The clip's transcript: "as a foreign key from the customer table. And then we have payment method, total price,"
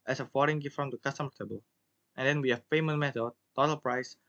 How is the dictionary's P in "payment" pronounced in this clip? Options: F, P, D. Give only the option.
F